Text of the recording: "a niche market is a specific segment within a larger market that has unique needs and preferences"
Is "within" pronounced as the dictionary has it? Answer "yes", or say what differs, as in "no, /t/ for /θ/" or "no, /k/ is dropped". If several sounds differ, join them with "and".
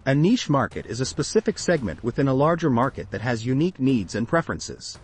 yes